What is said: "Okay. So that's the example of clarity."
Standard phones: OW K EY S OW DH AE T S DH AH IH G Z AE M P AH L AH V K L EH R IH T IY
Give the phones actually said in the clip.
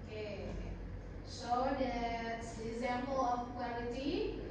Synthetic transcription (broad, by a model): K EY SH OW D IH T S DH IH G Z AE M P AH L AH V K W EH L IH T IY